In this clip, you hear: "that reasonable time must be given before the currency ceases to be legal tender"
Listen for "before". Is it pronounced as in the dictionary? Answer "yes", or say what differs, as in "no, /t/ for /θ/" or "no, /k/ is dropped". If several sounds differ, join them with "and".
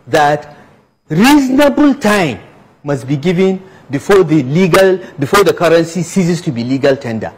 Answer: no, /l/ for /ɹ/